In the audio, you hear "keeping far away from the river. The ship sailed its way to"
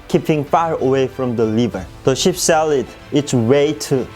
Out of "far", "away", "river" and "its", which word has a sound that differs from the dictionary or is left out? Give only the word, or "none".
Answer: river